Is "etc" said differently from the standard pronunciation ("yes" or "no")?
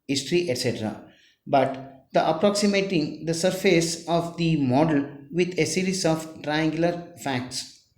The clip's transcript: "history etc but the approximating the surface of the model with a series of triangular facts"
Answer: no